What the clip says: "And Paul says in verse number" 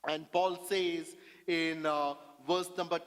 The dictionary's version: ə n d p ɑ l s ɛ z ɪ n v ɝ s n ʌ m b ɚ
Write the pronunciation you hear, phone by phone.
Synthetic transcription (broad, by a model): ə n d p ɑ l s ɛ z ɪ n v ɝ s n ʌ m b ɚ